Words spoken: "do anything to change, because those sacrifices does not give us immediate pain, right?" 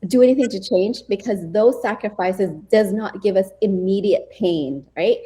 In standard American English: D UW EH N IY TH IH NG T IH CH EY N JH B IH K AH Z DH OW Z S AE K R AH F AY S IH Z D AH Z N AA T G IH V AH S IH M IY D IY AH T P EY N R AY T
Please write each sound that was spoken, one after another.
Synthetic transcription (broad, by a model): D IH EH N IY TH IH NG T IH CH EY N JH B IH K AH Z DH OW Z S AE K R AH F AY S IH Z D AH Z N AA T G IH V AH S IH M IY D IY AH T P EY N R AY T